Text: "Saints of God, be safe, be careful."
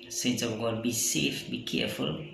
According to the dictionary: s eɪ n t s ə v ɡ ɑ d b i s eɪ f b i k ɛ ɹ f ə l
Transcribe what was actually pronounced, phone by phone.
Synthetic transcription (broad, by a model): s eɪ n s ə w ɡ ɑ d b i s eɪ f b i k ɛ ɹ f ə l